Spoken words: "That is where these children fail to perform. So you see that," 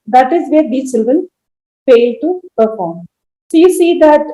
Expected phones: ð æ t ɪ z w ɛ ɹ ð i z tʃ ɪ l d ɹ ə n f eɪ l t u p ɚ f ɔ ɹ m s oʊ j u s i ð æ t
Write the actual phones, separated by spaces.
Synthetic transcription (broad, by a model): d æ t ɪ z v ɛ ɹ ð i tʃ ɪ l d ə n f eɪ l t u p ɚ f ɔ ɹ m s oʊ j u s i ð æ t